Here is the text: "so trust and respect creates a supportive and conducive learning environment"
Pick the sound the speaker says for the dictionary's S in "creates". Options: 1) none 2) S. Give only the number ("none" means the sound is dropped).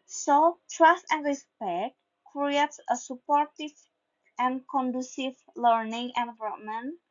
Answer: 2